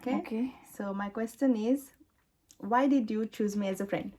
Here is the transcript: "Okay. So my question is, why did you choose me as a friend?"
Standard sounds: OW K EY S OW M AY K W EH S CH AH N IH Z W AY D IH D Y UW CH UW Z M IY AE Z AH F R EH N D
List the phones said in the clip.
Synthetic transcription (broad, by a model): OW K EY S OW M AY K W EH S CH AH N IH Z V AY D IH D Y UW CH UW Z M IY AE Z AH F R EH N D